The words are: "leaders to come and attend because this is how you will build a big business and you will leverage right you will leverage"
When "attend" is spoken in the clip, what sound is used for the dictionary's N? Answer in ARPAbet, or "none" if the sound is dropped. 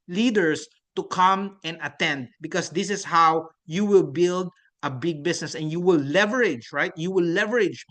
N